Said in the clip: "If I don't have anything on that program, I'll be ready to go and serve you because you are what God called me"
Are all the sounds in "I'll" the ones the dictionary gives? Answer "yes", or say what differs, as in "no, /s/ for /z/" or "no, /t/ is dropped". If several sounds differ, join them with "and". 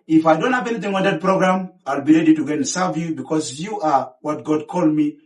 yes